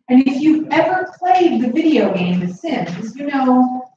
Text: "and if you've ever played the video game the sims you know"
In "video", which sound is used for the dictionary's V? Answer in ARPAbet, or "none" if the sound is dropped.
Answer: V